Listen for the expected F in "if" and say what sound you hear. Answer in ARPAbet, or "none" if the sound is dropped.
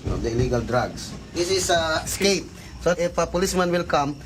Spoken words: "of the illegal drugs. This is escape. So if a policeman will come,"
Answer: P